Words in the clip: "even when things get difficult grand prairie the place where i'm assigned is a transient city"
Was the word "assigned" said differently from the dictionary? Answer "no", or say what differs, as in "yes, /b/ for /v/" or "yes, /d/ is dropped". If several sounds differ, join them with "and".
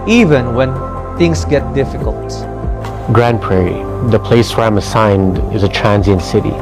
no